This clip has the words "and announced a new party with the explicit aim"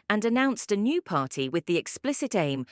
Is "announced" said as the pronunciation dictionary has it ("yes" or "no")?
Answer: yes